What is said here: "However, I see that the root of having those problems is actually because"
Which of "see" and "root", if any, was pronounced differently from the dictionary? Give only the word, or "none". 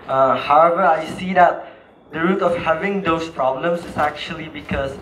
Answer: none